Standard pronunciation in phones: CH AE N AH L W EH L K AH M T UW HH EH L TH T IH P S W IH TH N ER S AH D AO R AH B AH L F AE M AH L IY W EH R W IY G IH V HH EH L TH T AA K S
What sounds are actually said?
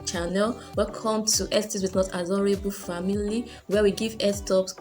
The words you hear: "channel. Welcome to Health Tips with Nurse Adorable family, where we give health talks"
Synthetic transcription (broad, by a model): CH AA N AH L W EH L K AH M T UW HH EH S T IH S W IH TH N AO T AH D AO R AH B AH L F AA M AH L IY W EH W IY G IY V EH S T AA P S